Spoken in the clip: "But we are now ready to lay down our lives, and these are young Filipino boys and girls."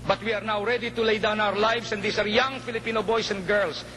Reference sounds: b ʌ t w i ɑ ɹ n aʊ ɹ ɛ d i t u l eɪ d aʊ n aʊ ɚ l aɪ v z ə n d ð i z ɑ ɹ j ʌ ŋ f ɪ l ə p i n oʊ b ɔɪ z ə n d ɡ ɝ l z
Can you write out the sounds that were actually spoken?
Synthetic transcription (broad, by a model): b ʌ t w i ɑ ɹ n aʊ ɹ ɛ d i t u l eɪ d aʊ n aʊ ɚ l aɪ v s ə n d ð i s ɑ ɹ j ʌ ŋ f ɪ l ə p i n oʊ b ɔɪ s ə n d ɡ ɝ l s